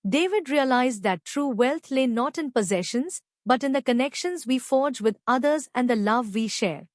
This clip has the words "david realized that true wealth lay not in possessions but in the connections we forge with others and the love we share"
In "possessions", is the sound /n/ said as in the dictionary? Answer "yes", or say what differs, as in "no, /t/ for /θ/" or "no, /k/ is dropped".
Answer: yes